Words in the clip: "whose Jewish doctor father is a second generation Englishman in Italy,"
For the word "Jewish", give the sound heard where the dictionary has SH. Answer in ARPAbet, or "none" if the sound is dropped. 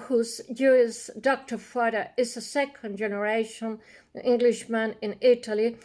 S